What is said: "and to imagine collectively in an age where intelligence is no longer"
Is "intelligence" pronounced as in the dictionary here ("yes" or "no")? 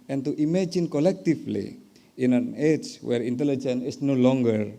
no